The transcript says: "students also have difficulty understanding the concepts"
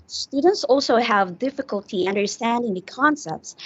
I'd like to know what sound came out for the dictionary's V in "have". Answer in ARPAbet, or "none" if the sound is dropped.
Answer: V